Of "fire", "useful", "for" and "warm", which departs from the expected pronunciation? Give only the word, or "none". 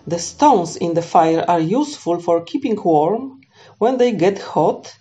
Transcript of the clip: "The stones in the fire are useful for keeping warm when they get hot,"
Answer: none